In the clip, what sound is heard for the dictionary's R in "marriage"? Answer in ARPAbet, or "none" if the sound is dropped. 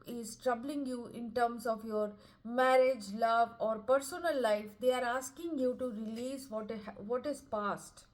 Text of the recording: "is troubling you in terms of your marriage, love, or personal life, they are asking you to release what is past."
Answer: R